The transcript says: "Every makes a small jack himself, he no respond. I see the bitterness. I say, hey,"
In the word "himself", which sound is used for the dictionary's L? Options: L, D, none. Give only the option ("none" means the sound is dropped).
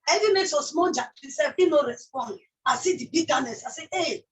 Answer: none